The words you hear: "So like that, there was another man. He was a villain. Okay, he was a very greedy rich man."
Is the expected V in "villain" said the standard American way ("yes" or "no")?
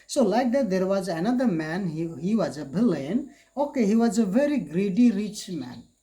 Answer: no